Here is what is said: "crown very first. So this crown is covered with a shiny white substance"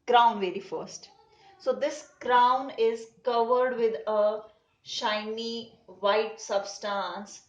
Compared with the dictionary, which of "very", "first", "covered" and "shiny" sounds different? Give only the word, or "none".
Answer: none